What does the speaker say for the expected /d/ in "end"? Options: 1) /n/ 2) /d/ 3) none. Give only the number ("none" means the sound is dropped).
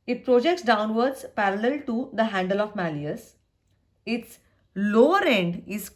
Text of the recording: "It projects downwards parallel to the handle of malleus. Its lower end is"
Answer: 2